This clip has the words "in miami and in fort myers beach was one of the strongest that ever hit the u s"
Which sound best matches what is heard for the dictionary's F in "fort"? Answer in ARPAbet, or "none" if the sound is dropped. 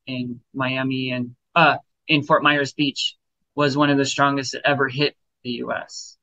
F